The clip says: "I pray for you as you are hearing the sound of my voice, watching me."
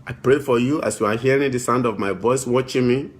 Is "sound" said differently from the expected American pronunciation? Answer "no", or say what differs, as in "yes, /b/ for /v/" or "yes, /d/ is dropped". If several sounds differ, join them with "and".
no